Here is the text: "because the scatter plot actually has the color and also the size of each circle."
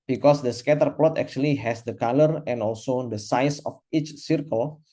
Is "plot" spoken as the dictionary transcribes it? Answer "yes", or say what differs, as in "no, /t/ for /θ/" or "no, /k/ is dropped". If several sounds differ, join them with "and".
yes